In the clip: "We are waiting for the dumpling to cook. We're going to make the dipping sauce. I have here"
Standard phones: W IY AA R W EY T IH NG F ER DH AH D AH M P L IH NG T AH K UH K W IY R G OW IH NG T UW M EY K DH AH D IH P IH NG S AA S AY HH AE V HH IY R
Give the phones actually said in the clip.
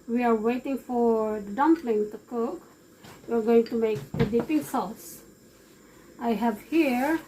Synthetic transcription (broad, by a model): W IY AA R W EY T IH NG F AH D AH M P L IH NG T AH K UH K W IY R G OW IH NG T UW M EY K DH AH D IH P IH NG S AA S AY HH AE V HH IY R